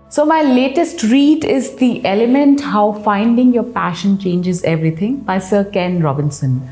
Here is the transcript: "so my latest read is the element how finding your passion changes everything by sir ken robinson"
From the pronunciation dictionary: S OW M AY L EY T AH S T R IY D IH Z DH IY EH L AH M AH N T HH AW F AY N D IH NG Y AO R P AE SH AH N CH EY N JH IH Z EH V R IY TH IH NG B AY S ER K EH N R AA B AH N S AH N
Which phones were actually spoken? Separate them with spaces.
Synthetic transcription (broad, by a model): S OW M AY L EY T AH S T R IY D IH Z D IY EH L AH M AH N T HH AW F AY N D IH NG Y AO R P AE SH AH N CH EY N JH IH Z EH V R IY T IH NG B AY S ER K EH N R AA B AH N S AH N